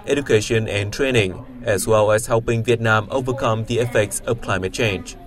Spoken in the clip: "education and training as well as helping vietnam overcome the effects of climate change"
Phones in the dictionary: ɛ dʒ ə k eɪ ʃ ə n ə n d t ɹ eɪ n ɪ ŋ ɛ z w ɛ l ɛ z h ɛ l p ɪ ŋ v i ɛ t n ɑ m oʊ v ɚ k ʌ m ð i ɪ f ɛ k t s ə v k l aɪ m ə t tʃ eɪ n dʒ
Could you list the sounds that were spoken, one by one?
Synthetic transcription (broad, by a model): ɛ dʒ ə k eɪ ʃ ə n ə n t ɹ eɪ n ɪ ŋ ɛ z w ɛ l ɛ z h ɛ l p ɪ ŋ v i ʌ t n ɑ m oʊ v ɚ k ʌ m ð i ɪ f ɛ k t s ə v k l aɪ m ə t tʃ eɪ n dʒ